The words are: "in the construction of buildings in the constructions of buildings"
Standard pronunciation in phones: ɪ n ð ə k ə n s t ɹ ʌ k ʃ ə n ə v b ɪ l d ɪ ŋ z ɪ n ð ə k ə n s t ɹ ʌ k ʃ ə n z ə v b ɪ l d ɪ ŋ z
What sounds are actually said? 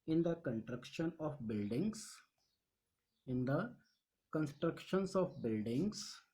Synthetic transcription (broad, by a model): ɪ n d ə k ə n t ɹ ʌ k ʃ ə n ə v b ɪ l d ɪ ŋ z ɪ n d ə k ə n s t ɹ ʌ k ʃ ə n s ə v b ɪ l d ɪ ŋ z